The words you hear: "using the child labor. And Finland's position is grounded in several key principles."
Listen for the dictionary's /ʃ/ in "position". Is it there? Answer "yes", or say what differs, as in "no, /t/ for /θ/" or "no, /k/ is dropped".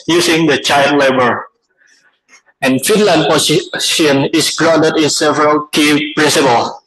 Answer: no, /ʃ/ is dropped